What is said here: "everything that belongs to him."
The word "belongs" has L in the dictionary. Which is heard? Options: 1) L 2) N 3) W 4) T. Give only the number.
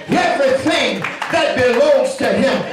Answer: 1